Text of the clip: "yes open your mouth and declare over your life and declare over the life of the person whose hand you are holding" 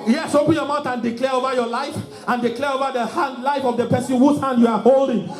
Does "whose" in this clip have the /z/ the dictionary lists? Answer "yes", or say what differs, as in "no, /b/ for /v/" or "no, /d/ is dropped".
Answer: no, /s/ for /z/